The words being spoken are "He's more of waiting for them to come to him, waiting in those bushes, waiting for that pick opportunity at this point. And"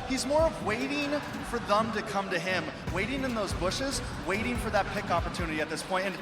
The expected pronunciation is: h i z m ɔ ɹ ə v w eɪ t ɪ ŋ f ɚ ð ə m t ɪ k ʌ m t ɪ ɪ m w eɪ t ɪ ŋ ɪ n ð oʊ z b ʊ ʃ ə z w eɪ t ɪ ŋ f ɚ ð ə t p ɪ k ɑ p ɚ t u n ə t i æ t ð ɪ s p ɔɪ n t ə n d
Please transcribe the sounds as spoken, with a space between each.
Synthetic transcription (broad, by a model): h i z m ɔ ɹ ə v w eɪ t ɪ ŋ f ɚ ð ə m t ɪ k ʌ m t ɪ ɪ m w eɪ t ɪ ŋ ɪ n ð oʊ z b ʊ ʃ ə z w eɪ t ɪ ŋ f ɚ ð ə t p ɪ k ɑ p ɚ t u n ə t i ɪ t ð ɪ s p ɔɪ n t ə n